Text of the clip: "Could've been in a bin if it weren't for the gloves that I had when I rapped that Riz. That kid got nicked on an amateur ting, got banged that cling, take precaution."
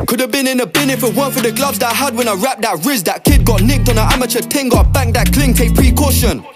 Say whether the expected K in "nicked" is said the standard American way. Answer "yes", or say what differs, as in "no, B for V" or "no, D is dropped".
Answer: yes